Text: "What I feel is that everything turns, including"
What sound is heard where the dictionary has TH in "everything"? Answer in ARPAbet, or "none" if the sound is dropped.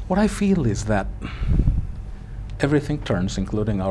TH